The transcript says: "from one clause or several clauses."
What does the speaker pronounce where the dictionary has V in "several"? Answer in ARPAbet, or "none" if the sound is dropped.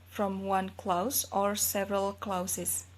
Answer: V